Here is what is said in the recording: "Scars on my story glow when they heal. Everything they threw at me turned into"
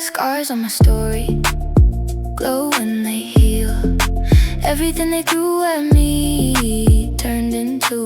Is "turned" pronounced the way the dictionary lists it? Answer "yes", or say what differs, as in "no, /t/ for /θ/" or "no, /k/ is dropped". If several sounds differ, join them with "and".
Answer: yes